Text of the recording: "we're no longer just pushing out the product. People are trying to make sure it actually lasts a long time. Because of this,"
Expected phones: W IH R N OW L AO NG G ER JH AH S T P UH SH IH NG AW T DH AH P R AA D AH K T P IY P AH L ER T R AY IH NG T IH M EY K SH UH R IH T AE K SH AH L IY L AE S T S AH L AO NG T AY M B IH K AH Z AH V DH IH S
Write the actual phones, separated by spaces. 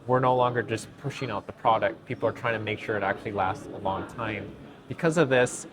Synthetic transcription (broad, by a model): W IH R N OW L AO NG G ER JH AH S P UH SH IH NG AW T DH AH P R AA D AH K T P IY P L ER T R AY IH NG T IH M EY K SH UH R IH T AE K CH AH L IY L AE S T S AH L AO NG T AY M B IH K AH Z AH V DH IH S